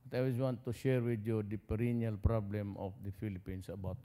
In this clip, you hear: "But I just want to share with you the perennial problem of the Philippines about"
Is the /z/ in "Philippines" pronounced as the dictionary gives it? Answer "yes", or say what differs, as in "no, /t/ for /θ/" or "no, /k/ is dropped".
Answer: no, /s/ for /z/